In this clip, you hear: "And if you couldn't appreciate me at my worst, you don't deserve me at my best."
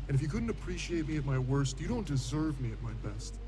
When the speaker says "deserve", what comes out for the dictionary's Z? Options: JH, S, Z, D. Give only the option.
Z